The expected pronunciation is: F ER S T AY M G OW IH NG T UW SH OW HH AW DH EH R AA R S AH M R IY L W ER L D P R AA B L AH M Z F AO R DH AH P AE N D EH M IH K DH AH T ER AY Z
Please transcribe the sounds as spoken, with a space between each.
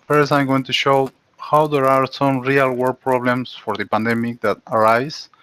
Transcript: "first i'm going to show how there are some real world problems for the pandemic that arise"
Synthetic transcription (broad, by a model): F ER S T AY M G OW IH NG T UW SH OW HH AW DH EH R AA R S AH M R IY L W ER D P R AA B L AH M S F AO R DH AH P AE N D EH M IH K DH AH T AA AY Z